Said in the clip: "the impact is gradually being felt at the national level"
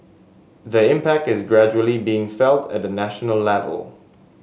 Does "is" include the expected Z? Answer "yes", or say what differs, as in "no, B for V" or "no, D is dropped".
yes